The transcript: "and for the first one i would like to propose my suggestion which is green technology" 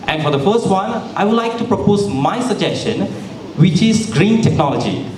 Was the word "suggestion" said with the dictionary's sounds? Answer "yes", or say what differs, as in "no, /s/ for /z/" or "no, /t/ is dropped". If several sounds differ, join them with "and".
yes